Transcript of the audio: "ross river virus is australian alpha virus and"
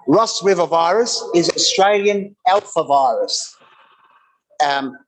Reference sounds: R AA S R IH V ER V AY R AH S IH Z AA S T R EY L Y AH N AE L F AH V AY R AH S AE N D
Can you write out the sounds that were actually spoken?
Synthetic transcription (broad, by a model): R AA S W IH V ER V AY R AH S IH Z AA S T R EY L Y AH N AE L F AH V AY R AH S